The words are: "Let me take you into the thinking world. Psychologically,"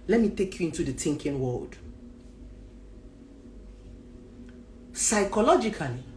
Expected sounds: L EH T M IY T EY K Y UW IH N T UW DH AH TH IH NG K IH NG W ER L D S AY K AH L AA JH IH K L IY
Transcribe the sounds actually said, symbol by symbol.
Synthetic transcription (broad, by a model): L EH T M IY T EY K Y UW IH N T UW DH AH T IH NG K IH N W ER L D S AY K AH L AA JH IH K L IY